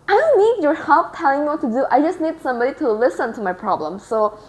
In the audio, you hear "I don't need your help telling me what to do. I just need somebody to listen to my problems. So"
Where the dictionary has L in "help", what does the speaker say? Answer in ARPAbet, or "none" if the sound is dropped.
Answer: none